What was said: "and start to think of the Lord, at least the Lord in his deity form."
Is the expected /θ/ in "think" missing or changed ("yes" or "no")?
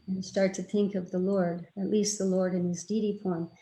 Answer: no